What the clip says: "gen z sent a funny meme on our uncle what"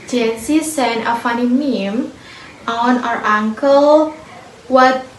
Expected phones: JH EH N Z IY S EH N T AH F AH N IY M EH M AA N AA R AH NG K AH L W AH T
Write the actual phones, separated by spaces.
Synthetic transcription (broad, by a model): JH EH N S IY S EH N AH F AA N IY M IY M AA N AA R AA NG K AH L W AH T